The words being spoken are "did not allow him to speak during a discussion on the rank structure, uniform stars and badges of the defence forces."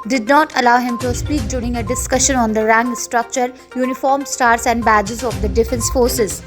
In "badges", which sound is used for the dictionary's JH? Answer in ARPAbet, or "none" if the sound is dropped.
JH